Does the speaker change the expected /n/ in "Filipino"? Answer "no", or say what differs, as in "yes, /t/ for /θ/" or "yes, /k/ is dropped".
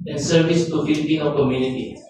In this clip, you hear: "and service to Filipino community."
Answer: yes, /n/ is dropped